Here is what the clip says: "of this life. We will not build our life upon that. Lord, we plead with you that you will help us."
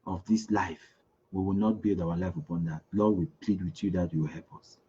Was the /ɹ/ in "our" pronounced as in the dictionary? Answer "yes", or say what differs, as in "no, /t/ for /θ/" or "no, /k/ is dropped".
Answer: no, /w/ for /ɹ/